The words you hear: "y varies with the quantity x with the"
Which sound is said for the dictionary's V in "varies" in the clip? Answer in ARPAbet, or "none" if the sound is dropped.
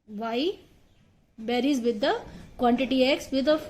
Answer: B